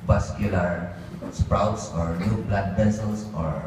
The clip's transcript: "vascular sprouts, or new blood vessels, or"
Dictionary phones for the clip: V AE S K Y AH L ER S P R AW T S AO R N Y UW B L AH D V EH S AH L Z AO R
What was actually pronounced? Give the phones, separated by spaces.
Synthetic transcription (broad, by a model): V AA S K Y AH L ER S P R AW T S AO R N Y UW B L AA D P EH S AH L S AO R